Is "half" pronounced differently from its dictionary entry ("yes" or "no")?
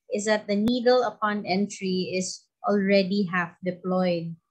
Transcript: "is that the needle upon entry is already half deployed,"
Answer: no